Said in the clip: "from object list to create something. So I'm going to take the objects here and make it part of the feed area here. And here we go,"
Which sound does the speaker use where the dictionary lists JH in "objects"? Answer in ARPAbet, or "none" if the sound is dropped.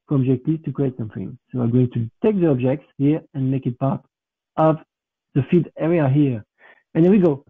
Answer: JH